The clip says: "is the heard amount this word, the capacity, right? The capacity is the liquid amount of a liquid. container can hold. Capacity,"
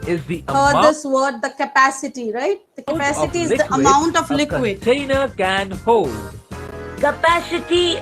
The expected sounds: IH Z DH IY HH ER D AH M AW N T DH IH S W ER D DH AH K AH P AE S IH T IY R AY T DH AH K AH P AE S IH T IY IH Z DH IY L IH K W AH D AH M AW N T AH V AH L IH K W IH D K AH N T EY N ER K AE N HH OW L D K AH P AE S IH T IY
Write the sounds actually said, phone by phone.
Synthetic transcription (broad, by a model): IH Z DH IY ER AH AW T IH S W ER D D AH K AH P AE S IH T IY R AY T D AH K AH P AE S IH T IY IH Z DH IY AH AH M AW N T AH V L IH K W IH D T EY N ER K AE N HH OW L D K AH P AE S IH T IY